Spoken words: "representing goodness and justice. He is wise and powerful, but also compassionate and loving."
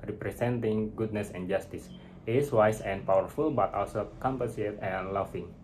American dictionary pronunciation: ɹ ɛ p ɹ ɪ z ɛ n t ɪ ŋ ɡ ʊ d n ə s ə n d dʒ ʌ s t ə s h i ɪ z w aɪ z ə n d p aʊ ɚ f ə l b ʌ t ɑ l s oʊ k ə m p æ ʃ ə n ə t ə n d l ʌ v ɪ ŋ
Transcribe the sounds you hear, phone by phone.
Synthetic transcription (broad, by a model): ɹ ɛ p ɹ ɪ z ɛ n t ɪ ŋ ɡ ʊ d n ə s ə n dʒ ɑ s t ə s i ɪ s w aɪ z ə n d p aʊ ɚ f ə l b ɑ t ɑ l s oʊ k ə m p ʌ s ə ə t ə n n l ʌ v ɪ ŋ